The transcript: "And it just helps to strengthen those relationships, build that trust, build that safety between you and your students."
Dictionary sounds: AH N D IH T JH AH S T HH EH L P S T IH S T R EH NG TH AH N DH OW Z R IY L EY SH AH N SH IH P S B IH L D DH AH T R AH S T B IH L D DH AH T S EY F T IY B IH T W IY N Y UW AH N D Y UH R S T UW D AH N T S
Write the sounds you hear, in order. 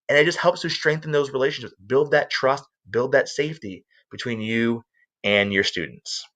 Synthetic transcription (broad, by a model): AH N IH T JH AH S T HH EH L P S T IH S T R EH NG TH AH N DH OW Z R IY L EY SH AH N SH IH P S B IH L D DH AH T R AH S T B IH L D DH AH T S EY F T IY B IH T W IY N Y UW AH N Y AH R S T UW D N T S